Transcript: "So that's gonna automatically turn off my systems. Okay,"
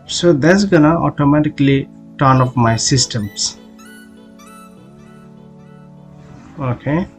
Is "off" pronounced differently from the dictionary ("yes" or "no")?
yes